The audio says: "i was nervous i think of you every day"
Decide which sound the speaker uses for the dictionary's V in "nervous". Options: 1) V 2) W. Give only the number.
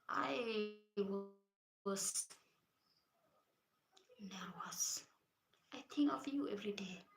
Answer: 2